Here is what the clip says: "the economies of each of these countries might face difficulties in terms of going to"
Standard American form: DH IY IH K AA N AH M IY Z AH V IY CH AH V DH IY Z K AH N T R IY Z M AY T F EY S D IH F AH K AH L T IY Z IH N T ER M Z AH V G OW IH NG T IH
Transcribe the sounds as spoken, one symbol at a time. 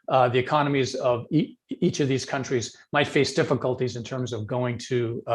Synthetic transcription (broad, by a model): DH IY IH K AA N AH M IY Z AH V IY CH AH V DH IY Z K AH N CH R IY Z M AY T F EY S D IH F AH K AH L T IY Z IH N T ER M Z AH V G OW IH NG T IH